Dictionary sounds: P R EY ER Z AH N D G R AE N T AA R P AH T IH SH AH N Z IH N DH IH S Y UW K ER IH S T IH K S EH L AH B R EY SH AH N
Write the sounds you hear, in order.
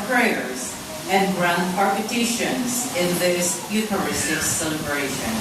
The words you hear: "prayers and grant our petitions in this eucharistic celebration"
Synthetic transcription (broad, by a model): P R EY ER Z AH N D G R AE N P AA R P AH T IH SH AH N Z IH N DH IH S Y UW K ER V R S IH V S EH L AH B R EY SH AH N